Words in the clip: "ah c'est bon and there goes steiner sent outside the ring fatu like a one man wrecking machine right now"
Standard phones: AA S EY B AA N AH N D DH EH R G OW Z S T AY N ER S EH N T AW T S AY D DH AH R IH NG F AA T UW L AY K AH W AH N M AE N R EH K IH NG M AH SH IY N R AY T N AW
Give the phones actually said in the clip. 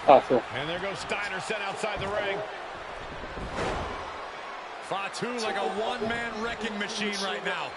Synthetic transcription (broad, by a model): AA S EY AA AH N DH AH R G OW S T AY N ER S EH T AW T S AY D DH AH R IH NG F AA T UW L AY K AH W AH N M AE N R EH K IH NG M AH SH IY N R AY T N AW